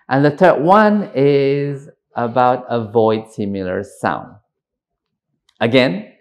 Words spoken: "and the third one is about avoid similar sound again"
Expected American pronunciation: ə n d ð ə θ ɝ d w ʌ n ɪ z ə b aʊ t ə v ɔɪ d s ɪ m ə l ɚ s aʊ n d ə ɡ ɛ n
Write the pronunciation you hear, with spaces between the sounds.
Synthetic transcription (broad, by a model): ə n ð ə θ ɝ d w ʌ n ɪ z ə b aʊ t ə v ɔɪ d s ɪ m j l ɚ s aʊ n d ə ɡ ɛ n